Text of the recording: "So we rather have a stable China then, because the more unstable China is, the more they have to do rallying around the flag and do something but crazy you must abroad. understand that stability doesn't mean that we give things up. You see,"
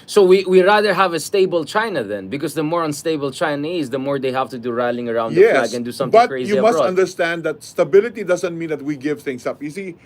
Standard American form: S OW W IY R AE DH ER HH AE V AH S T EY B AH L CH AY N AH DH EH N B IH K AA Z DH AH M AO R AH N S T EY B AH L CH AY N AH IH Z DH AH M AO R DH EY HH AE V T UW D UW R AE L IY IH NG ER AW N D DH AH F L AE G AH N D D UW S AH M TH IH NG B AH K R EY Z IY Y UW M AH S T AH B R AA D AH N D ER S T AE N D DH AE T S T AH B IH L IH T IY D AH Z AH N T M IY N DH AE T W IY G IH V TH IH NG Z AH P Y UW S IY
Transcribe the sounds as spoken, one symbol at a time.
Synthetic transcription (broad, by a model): S OW W IY R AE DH ER HH AE V AH S T EY B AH L CH AY N AH DH EH N B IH K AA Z DH AH M AO R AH N S T EY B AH L CH AY N AH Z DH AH M AO R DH EY HH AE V T UW D UW R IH L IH NG ER AW N D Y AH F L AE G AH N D D UW S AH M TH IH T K R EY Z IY Y UW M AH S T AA AH N D ER S T AE N D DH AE T S T AH B IH L IH T IY D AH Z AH N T M IY N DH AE T W IY G IH V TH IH NG S AH P Y UW S IY